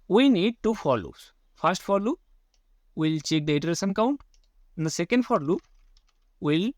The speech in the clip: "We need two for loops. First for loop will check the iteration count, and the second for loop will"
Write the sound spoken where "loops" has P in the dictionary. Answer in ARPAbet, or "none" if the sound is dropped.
none